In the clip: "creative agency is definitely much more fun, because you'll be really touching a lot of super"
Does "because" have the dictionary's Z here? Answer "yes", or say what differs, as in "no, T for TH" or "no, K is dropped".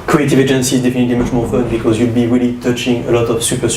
yes